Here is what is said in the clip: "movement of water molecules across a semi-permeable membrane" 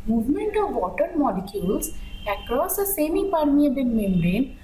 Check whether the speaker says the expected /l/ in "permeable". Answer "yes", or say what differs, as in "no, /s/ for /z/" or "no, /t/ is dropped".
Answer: no, /n/ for /l/